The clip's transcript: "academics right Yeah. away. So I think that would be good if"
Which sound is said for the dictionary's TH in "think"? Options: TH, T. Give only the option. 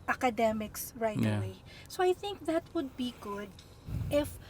TH